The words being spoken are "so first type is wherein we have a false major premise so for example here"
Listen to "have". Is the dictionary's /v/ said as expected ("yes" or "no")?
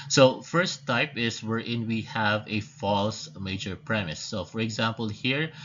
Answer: yes